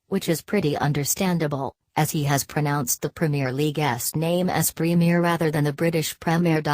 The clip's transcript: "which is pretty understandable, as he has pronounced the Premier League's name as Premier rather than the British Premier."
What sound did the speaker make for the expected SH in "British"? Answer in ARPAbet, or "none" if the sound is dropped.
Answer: SH